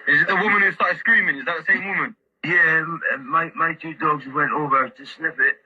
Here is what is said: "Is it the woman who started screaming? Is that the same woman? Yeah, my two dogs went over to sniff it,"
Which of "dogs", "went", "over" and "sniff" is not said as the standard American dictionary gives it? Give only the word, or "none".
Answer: sniff